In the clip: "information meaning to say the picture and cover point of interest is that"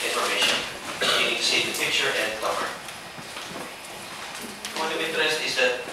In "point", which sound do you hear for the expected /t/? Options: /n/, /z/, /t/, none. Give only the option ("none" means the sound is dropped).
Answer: none